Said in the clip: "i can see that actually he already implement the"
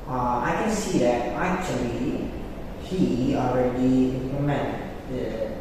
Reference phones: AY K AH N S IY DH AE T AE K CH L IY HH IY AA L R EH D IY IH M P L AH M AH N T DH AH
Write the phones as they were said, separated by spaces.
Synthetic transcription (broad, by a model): AY K AH N S IY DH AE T AE K CH L IY HH IY AA L R EH D IY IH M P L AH M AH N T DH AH